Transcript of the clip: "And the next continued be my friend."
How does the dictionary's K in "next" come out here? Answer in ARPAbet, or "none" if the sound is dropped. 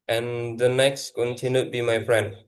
K